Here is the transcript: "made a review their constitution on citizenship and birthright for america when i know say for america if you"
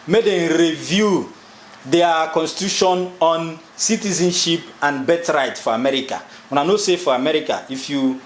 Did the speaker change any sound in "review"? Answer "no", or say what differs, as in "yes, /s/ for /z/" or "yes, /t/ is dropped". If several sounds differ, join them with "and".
no